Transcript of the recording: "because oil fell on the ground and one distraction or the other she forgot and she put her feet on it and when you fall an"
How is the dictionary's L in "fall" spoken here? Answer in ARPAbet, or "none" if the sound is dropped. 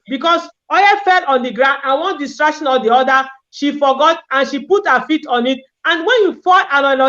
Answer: N